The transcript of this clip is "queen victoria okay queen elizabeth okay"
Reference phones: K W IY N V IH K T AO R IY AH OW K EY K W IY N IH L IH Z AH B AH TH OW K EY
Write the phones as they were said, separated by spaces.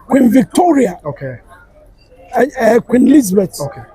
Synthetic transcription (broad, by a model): K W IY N V IH K T AO R IY AH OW K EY K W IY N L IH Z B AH T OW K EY